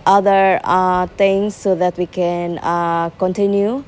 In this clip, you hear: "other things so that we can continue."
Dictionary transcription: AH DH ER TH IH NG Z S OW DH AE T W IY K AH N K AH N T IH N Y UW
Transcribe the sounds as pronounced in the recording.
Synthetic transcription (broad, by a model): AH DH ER T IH NG S OW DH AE T W IY K AH N K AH N T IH N Y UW